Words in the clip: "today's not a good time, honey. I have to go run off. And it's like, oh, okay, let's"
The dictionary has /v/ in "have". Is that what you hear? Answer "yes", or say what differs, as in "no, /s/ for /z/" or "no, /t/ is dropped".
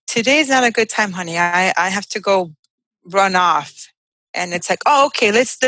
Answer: no, /f/ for /v/